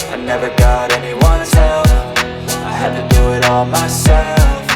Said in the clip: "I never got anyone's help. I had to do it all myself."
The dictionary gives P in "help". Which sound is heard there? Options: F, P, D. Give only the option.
F